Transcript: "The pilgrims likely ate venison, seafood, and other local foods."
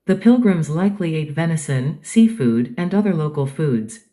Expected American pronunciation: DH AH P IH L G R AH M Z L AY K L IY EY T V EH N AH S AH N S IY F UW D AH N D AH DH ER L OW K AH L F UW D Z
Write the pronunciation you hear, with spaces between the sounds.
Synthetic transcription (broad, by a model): DH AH P IH L G R AH M Z L AY K L IY EY T V EH N AH S AH N S IY F UW D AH N AH DH ER L OW K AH L F UW D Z